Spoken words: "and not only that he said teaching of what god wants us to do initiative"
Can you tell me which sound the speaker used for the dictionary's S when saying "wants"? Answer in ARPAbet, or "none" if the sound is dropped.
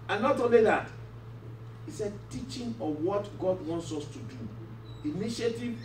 S